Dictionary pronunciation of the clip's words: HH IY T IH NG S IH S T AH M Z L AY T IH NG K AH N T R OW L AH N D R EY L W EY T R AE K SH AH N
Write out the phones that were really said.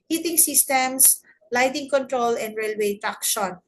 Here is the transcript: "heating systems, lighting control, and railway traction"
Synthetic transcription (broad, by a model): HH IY T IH NG S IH S T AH M S L AY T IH NG K AH N T R OW L AH N D R EY L W EY T R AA K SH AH N